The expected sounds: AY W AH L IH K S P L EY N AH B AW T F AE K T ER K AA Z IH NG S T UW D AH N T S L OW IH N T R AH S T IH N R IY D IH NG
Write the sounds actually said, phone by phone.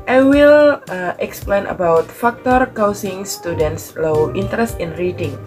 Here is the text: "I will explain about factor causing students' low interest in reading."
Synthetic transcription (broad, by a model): AY W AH L IH K S P L EY N AH B AW T F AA K T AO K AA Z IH NG S T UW D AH N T S L OW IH N T R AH S T IH N R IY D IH NG